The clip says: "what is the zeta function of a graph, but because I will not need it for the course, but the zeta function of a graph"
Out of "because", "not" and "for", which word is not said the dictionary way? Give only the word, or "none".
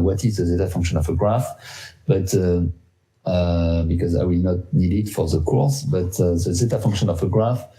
none